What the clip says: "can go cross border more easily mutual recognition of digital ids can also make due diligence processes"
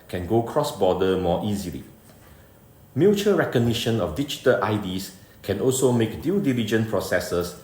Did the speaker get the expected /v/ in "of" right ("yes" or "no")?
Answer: no